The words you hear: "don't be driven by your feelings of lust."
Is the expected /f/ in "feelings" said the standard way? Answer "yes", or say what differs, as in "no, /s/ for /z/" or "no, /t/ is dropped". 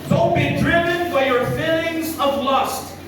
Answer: yes